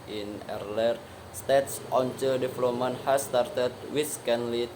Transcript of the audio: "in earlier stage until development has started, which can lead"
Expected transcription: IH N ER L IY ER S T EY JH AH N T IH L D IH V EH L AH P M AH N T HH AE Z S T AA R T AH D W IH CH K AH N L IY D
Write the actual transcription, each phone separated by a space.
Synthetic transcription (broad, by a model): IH N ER L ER S T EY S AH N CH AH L D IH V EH L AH P M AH N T HH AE S T AA R T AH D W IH S K AH N L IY